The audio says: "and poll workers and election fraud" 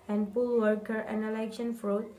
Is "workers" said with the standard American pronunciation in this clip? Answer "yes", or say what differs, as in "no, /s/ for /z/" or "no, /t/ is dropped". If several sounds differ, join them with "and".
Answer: no, /z/ is dropped